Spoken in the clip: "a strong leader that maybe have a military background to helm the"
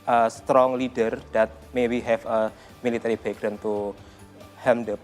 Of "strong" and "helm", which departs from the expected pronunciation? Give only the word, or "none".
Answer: helm